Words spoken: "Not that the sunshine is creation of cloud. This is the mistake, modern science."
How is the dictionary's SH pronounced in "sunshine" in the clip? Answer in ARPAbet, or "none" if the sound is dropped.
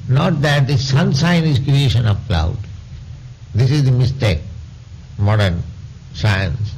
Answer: S